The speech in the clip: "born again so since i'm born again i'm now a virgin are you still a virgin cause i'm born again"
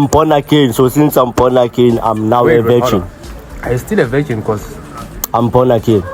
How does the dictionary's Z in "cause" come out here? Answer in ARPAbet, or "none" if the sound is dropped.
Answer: S